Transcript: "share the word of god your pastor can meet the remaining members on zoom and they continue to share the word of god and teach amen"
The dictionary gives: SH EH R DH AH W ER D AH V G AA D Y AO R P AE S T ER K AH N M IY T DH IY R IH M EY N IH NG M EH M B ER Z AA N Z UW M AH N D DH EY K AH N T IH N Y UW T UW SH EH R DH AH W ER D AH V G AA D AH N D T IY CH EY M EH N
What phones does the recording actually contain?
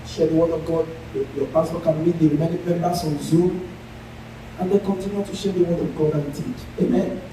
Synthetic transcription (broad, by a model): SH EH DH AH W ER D AH V G AA D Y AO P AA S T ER K AH N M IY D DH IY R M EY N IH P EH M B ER S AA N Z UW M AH N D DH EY K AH N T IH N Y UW T UW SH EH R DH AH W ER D AH V G AA D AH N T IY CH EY M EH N